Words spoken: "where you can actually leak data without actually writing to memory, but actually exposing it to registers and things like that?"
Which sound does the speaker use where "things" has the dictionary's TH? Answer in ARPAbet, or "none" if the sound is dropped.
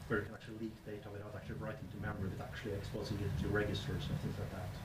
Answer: TH